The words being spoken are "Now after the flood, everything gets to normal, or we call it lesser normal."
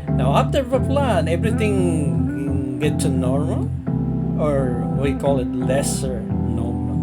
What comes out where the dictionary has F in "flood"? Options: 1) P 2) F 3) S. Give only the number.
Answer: 1